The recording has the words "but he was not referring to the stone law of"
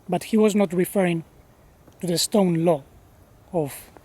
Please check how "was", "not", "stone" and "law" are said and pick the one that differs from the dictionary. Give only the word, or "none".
none